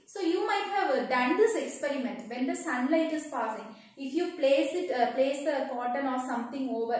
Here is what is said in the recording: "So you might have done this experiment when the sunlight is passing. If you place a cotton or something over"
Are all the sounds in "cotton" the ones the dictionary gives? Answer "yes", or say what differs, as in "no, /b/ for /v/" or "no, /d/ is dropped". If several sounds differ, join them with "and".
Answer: no, /l/ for /n/